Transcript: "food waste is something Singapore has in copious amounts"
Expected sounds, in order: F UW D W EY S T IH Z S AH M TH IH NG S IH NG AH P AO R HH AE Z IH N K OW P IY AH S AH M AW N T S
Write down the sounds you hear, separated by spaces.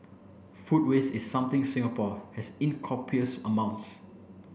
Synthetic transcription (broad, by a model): F UW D W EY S IH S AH M T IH NG S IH NG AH P AO HH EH S IH N K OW P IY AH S AH M AW N T S